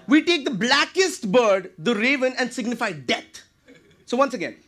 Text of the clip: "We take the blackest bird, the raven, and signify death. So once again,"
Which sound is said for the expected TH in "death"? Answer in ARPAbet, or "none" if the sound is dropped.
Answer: T